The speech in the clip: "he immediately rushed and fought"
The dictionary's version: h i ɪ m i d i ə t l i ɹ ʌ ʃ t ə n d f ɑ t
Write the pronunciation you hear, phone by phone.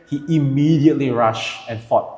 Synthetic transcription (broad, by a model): h i ɪ m i d i ə t l i ɹ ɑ ʃ ə n f ɑ t